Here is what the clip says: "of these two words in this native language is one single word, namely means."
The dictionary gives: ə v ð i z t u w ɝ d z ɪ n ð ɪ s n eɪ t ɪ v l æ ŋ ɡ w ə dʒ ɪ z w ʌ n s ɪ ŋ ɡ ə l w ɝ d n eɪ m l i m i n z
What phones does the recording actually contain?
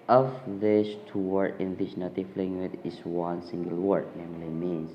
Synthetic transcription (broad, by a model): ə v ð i s t u w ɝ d ɪ n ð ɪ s n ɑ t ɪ f l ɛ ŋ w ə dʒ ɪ s w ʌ n s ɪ ŋ ɡ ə l w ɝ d n eɪ m l i m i n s